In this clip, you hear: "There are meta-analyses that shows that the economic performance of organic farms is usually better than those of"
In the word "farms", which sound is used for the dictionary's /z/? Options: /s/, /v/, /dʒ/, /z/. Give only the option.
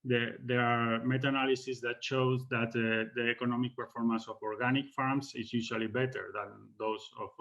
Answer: /s/